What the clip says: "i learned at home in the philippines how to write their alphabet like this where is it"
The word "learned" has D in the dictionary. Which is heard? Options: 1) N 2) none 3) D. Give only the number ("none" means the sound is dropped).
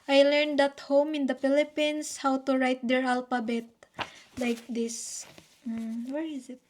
3